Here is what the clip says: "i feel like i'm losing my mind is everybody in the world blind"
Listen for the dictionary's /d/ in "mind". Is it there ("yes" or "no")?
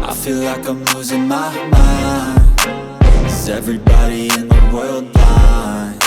no